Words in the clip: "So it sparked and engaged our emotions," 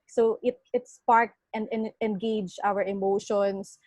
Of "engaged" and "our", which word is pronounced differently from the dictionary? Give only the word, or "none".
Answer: engaged